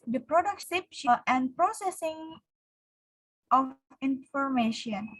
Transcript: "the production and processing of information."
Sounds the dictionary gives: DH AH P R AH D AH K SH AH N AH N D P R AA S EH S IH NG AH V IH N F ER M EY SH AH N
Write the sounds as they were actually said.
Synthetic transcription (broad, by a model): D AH P R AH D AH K S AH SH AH N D P R AA S EH S IH NG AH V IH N F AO M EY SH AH N